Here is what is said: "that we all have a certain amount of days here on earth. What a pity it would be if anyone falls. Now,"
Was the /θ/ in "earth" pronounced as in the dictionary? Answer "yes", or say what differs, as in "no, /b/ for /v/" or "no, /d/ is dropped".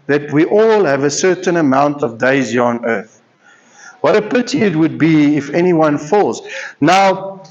yes